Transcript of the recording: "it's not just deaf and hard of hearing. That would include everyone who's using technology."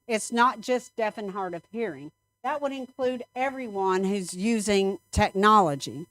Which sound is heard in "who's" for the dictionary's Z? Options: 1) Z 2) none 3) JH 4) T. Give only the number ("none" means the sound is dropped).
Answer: 1